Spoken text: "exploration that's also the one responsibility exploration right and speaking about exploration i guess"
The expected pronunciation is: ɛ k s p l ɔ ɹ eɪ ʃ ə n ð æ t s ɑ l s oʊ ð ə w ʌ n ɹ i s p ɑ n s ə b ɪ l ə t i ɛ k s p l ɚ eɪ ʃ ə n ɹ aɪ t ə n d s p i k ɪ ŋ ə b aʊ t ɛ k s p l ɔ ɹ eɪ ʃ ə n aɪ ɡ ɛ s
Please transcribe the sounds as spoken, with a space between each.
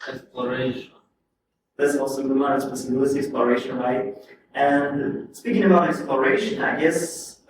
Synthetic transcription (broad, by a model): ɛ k s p l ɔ ɹ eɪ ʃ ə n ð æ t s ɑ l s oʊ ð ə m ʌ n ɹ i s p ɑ s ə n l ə s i ɛ k s p l ɚ eɪ ʃ ə n ɹ aɪ t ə n s p i k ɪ ŋ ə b aʊ t ɛ k s p l ɔ ɹ eɪ ʃ ə n aɪ ɡ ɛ s